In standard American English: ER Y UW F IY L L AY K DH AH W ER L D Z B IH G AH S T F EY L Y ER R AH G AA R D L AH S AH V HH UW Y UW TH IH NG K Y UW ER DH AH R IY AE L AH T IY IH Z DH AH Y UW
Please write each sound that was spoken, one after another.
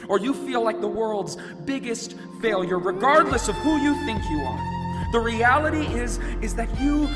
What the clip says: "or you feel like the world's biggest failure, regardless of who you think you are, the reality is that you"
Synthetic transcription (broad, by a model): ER Y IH F IY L L AY K DH AH W ER L D Z B IH G AH S T F EY L Y ER R AH G AA R D L AH S AH V HH UW Y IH TH IH NG K Y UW ER DH AH R IY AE L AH T IY IH Z DH AH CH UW